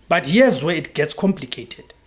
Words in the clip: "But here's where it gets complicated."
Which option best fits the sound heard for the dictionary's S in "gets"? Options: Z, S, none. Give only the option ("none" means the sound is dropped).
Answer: S